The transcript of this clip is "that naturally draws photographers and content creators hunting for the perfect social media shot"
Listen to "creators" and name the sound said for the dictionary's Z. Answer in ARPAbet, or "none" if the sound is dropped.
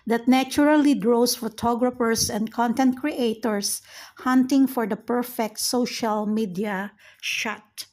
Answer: S